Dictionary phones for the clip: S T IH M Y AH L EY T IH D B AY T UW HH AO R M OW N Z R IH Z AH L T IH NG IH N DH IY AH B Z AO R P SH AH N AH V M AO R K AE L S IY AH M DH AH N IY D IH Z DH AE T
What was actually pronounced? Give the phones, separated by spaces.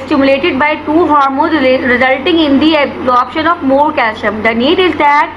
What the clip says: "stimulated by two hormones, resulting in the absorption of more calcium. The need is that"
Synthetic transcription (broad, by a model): S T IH M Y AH L EY T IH D B AY T UW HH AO R M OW Z R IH Z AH L T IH NG IH N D IY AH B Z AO P SH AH N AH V M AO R K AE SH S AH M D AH N IY D IH Z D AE T